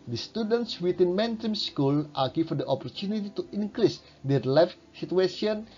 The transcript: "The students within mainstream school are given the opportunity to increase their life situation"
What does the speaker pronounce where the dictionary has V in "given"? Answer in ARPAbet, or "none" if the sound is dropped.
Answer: F